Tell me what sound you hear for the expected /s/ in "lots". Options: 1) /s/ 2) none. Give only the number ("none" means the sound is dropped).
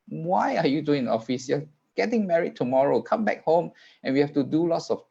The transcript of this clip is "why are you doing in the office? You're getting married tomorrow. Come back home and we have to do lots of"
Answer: 1